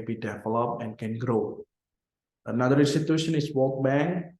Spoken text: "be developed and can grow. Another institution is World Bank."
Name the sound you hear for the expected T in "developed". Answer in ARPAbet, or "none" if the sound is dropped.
none